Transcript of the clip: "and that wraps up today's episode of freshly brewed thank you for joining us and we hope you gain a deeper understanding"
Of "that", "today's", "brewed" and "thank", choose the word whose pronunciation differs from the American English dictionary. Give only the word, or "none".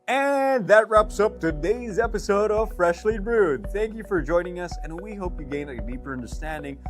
none